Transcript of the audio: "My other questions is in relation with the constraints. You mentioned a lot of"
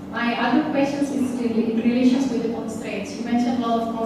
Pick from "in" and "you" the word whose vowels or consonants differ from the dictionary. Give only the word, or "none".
in